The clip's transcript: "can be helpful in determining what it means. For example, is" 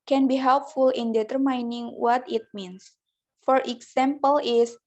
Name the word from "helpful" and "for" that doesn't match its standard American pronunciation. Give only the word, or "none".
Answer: none